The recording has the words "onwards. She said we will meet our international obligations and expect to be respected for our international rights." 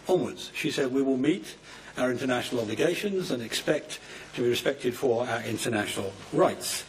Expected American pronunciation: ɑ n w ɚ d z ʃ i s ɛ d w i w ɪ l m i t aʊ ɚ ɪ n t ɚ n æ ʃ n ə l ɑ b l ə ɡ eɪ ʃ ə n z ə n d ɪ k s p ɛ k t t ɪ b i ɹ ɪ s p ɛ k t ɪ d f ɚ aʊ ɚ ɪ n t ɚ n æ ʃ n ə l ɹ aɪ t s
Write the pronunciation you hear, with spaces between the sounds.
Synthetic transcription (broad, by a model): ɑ n w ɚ d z ʃ i s ɛ d w i w ɪ l m i t aʊ ɚ ɪ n t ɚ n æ ʃ n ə l ɑ b l ə ɡ eɪ ʃ ə n z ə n ɪ k s p ɛ k t t ɪ b i ɹ ɪ s p ɛ k t ɪ d f ɚ aʊ ɚ ɪ n t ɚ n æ ʃ n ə l ɹ aɪ t s